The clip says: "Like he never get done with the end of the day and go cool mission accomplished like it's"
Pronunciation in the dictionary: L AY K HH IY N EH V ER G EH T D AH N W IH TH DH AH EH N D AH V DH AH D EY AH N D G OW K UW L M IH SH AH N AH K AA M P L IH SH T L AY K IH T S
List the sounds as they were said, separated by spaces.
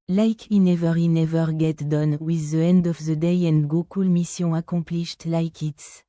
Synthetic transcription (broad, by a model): L AY K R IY N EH V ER G EH T D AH N W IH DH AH EH N D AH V DH AH D EY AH N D G OW K UW L M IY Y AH AH K AA P L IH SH T L AY K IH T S